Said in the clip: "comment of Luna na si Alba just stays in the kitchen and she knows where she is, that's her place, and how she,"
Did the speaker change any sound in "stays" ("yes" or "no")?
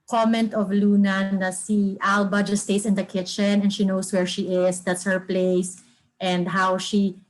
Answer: yes